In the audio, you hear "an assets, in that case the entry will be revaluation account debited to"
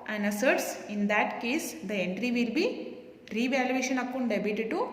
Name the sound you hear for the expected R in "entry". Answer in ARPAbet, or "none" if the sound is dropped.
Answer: R